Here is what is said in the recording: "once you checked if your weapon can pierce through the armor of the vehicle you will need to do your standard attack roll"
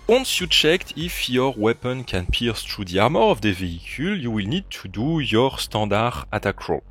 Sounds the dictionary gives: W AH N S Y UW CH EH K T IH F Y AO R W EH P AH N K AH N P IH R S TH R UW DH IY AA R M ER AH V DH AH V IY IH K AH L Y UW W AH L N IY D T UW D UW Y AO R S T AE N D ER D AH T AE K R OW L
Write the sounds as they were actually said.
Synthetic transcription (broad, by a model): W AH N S Y UW CH EH K T IH F Y AO R W EH P AH N K AH N P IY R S T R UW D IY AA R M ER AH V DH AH V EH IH K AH L Y UW W AH L N IY D T UW D UW Y AO R S T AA D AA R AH T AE K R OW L